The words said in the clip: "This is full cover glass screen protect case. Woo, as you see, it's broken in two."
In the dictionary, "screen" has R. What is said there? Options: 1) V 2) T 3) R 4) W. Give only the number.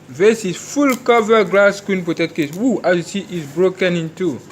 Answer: 4